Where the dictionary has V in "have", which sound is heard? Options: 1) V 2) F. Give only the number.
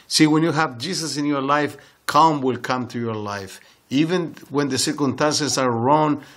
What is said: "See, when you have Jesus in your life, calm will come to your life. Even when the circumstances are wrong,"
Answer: 1